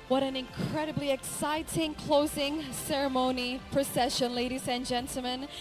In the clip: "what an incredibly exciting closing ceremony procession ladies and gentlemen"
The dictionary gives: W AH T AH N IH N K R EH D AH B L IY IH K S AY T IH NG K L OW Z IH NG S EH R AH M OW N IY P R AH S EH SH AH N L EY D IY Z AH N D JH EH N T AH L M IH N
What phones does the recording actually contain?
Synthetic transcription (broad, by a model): W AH T AH N IH N K R EH D AH B L IY IH K S AY T IH NG K L OW Z IH NG S EH R AH M OW N IY P R AH S EH SH AH N L EY D IY Z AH N JH EH N T L M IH N